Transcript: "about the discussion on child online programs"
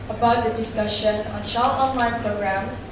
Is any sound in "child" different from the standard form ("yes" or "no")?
yes